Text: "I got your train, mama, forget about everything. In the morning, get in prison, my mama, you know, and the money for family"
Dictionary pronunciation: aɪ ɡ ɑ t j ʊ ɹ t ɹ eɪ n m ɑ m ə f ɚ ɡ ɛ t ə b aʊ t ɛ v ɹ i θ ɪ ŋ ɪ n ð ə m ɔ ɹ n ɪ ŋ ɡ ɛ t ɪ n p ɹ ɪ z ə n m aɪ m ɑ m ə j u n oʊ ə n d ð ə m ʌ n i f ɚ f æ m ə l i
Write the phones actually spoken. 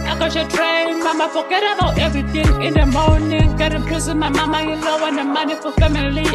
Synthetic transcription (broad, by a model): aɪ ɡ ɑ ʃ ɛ t ɹ eɪ n m ɑ m ə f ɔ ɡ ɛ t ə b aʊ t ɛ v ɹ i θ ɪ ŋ ɪ n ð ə m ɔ n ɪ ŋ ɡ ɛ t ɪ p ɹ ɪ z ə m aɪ m ɑ m ə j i l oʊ ə n d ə m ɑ n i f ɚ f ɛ m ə l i